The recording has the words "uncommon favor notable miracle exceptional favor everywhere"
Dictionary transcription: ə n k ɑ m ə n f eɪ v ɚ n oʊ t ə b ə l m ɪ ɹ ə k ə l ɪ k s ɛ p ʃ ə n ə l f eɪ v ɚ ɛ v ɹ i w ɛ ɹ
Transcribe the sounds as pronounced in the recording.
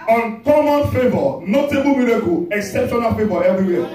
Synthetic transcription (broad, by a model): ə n k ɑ m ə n f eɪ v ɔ n oʊ t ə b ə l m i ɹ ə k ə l ɪ k s ɛ p ʃ ə n ə l f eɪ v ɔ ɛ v ɹ i w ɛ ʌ